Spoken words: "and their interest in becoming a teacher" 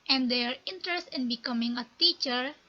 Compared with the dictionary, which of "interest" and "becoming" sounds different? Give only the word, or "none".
none